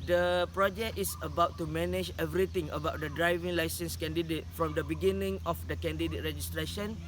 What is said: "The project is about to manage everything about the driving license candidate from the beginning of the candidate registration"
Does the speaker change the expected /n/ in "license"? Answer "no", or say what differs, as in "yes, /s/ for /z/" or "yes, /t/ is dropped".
no